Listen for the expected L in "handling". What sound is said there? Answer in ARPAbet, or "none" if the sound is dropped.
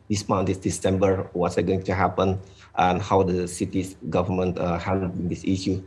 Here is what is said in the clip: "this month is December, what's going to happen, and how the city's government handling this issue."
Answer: none